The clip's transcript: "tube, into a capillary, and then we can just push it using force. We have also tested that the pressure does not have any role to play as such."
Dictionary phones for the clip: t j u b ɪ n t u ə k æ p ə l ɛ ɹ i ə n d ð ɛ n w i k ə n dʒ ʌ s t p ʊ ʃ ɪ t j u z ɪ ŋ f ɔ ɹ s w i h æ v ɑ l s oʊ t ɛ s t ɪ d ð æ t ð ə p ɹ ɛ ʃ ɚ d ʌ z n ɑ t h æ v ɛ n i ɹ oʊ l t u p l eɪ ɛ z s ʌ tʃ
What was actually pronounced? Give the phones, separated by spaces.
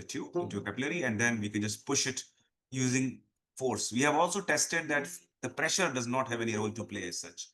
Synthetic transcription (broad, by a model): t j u ɪ n t u ə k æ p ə l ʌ ɹ i ə n d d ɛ n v i k ə n dʒ ʌ s t p ʊ ʃ ɪ t j u z ɪ ŋ f ɔ ɹ s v i h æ v ɑ l s oʊ t ɛ s t ɪ d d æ t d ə p ɹ ɛ ʃ ɚ d ʌ z n ɑ t h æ v ɛ n i ɹ oʊ l t u p l eɪ ɛ z s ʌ tʃ